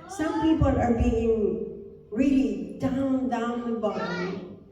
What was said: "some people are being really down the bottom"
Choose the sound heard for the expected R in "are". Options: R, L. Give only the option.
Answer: R